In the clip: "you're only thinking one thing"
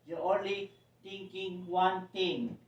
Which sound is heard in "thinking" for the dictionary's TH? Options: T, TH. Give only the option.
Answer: T